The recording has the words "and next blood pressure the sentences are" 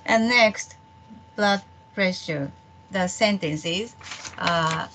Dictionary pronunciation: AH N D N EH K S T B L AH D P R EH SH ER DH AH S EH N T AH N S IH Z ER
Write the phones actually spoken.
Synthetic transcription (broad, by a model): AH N N EH K S T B L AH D P R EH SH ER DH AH S EH N T AH N S IH Z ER